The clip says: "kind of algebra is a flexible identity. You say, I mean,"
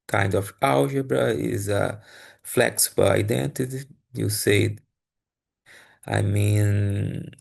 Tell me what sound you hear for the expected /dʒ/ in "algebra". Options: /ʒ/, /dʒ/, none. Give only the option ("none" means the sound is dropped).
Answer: /ʒ/